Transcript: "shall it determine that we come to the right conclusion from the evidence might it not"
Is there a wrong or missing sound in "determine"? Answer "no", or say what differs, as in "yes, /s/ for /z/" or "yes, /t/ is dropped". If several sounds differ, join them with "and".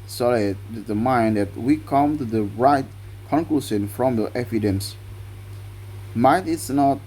yes, /m/ is dropped